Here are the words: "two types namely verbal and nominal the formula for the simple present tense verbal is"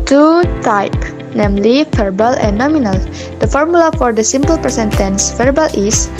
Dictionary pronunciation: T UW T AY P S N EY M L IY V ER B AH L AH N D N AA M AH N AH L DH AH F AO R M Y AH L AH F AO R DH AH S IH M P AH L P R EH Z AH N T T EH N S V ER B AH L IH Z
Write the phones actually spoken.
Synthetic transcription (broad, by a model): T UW T AY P N EY M L IY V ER B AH L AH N N AA M AH N AH L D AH F AO R M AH L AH F AO R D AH S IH M P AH L P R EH S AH N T T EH N S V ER B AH L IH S